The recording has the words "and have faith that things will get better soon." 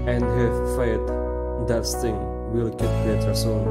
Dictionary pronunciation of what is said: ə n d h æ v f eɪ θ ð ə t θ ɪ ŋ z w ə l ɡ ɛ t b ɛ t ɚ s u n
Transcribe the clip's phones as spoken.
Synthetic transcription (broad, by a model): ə n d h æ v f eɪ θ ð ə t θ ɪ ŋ w ə l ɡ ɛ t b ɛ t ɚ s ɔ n